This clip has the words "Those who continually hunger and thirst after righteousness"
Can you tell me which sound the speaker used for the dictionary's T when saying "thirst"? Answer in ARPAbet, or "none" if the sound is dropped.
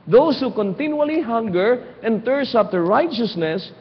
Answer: none